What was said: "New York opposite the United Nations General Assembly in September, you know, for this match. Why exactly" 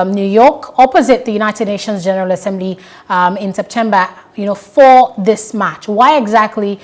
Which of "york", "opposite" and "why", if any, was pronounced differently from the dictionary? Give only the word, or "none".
none